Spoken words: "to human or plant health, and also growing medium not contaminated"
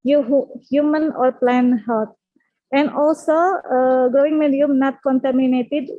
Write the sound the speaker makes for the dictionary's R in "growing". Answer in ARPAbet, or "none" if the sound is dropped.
R